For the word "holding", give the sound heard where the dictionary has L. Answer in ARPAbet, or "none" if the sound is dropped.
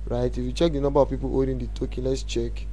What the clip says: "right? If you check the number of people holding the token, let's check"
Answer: none